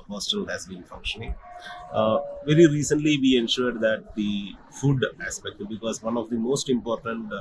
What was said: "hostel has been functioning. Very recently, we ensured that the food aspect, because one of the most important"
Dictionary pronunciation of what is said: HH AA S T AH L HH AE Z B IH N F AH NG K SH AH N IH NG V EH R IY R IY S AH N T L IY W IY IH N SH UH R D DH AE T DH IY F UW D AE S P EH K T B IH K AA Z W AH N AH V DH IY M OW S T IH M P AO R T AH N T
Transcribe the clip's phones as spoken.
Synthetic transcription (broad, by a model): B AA S T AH L HH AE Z B IH N F AH NG K SH AH N IH NG V EH R IY R IY S AH N T L IY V IY IH N SH UH R D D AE T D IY F UW D AE S P EH K T B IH K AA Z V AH N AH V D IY M OW S T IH M P AO R T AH N T